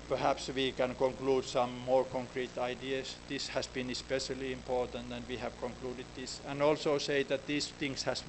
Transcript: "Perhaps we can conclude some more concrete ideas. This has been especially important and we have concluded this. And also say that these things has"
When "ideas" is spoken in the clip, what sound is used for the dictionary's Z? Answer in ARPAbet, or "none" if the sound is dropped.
S